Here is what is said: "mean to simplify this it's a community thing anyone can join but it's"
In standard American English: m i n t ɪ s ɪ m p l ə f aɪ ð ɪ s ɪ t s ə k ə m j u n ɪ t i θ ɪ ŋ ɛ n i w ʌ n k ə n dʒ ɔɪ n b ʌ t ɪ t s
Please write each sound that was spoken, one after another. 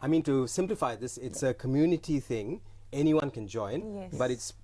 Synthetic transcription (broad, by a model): m i n t ɪ s ɪ m p l ə f aɪ ð ɪ s ɪ t s ə k ə m j u n ɪ t i θ ɪ ŋ ɛ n i w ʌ n k ə n dʒ ɔɪ n b ʌ t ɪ t s